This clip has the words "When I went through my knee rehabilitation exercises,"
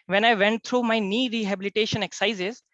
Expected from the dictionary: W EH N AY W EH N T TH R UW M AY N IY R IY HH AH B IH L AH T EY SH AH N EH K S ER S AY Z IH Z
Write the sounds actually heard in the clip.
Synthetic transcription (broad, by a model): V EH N AY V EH N T T R UW M AY N IY R IY HH AH B IH L AH T EY SH AH N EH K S S AY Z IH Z